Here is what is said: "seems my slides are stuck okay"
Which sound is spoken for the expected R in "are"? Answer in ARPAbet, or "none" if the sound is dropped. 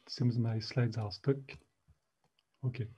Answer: L